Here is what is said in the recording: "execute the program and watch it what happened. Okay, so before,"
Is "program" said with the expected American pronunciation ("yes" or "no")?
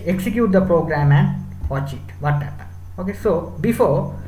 yes